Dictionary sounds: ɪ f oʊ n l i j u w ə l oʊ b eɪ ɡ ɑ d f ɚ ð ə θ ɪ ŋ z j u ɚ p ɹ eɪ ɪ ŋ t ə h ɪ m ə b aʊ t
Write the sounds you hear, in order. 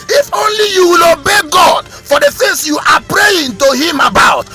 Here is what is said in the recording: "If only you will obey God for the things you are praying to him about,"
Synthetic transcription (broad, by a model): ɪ f oʊ n l i j u w ə l oʊ b eɪ ɡ ɑ d f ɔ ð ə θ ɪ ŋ s j u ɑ p ɹ eɪ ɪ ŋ t ə h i m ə b aʊ t